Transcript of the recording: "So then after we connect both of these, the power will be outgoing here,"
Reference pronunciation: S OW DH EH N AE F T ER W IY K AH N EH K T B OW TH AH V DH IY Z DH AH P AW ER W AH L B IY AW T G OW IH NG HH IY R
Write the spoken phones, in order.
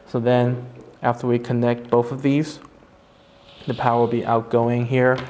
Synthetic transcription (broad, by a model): S OW DH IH N AE F T ER W IY K AH N EH K T B OW TH AH V DH IY Z DH AH P AW ER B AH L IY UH T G OW IH NG HH IY R